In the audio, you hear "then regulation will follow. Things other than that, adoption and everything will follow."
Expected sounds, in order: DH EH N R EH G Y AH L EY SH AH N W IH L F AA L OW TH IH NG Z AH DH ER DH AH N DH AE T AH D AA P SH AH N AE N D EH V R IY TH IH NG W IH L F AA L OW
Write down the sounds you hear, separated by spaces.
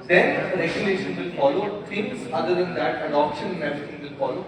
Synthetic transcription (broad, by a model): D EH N R EH G Y AH L EY SH AH N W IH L F AA L OW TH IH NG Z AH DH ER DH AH N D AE T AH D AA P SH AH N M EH R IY T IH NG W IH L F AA L OW